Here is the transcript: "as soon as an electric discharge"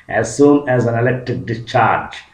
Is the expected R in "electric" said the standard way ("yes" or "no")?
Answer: no